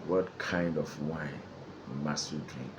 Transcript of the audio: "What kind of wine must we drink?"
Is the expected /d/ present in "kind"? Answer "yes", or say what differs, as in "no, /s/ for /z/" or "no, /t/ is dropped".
yes